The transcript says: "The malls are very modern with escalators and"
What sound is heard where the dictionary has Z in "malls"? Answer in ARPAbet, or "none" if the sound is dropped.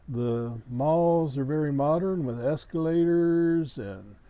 Z